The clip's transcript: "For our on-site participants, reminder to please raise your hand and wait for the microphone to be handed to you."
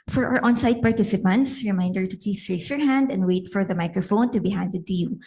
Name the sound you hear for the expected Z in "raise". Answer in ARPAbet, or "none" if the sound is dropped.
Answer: S